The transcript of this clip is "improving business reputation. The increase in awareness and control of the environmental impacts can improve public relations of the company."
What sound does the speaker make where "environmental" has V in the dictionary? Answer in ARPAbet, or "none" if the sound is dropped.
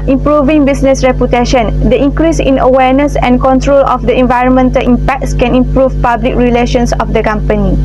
V